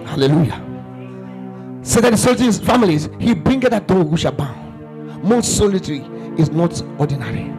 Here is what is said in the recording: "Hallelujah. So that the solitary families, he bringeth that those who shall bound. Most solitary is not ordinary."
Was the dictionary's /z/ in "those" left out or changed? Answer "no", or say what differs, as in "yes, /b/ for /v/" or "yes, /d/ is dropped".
yes, /z/ is dropped